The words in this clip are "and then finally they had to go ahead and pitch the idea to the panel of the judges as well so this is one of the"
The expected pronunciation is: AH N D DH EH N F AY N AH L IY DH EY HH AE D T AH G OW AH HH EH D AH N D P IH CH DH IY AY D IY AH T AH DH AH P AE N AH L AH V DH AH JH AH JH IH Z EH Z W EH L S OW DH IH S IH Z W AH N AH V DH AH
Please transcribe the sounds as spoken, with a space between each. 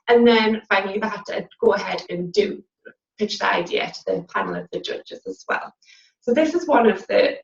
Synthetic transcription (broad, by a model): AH N DH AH N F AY AH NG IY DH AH T AH G OW AH HH EH D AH N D P IH CH DH IY AY D IY AH T AH DH AH P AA N L AH V DH AH JH AH JH IH Z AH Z W EH L S OW DH IH S IH Z W AH N AH V DH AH